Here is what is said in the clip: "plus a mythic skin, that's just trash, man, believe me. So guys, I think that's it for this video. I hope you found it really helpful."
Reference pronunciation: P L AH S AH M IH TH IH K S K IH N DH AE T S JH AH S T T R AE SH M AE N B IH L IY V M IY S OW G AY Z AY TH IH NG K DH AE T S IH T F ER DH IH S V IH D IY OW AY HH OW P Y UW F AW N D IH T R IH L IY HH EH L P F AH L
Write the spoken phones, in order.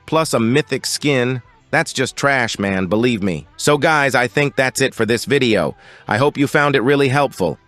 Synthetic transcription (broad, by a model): P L AH S AH M IH TH IH K S K IH N DH AE T S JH AH S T T R AE SH M AE N B IH L IY V M IY S OW G AY Z AY TH IH NG K DH AE T S IH T F ER DH IH S V IH D IY OW AY HH OW P Y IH F AW N D IH T R IH L IY HH EH L P F L